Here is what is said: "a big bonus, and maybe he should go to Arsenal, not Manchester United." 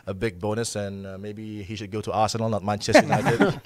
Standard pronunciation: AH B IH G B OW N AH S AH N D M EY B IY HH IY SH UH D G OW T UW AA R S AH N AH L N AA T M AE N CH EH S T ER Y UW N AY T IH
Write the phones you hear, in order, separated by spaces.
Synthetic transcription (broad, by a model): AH B IH G B OW N AH S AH N M EY B IY HH IY SH UH D G OW T UW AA S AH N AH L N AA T M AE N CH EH S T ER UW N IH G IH